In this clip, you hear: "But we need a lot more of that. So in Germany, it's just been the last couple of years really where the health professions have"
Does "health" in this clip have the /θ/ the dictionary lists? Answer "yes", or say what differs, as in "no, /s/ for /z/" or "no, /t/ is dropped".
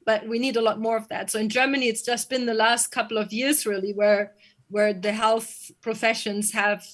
yes